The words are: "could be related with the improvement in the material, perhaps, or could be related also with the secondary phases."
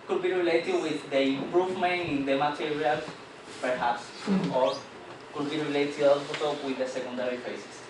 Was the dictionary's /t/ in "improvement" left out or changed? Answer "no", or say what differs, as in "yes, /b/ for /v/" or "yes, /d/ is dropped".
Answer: yes, /t/ is dropped